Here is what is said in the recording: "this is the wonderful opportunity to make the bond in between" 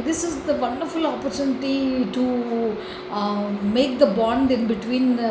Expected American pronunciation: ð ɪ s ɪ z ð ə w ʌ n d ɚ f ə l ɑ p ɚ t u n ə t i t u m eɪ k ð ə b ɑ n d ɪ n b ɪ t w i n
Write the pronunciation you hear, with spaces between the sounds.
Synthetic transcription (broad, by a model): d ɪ s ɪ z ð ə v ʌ n d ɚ f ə l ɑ p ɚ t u n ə t i t u m eɪ k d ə b ɑ n d ɪ n b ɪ t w i n